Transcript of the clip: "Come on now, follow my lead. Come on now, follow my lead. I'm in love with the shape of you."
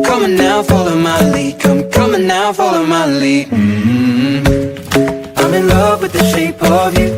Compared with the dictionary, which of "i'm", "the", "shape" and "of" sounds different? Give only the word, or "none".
none